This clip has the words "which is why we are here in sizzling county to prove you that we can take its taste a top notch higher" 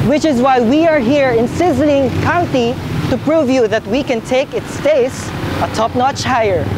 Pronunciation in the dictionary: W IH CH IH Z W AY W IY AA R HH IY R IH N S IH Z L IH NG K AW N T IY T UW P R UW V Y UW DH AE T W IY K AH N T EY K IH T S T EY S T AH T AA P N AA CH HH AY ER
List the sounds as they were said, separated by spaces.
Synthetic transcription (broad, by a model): W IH CH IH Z W AY W IY AA R HH IY R IH N S IH Z L IH NG K AW N T IY T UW P R UW V Y UW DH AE T W IY K AH N T EY K IH T S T EY S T AH T AA P N AA CH HH AY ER